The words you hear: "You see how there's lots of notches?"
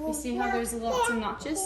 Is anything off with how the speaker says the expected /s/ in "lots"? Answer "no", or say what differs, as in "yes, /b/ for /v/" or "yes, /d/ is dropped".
yes, /s/ is dropped